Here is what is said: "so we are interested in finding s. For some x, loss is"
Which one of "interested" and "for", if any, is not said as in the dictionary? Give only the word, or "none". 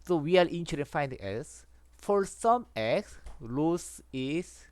interested